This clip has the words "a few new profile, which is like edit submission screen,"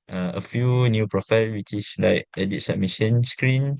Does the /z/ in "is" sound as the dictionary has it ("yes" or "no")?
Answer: no